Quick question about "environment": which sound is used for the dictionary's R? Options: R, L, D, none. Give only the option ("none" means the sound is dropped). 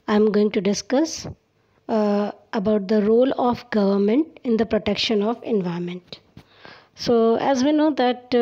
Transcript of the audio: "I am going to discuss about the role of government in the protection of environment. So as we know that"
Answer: none